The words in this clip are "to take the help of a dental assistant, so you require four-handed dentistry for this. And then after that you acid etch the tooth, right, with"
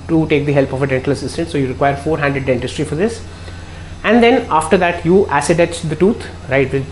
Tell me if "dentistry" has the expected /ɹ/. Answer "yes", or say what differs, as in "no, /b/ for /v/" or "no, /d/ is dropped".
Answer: yes